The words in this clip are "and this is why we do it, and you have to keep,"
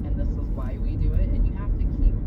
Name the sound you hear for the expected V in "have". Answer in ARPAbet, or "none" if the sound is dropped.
F